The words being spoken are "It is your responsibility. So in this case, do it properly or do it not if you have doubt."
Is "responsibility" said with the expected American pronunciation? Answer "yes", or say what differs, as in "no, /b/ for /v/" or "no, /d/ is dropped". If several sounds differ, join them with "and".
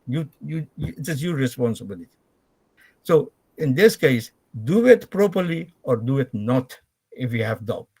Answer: yes